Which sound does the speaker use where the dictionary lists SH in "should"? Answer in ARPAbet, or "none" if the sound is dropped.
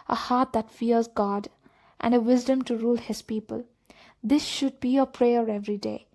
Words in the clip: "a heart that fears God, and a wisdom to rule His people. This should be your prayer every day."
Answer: SH